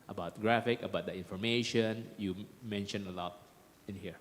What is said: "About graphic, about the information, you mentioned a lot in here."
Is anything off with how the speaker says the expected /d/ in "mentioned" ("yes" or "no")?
yes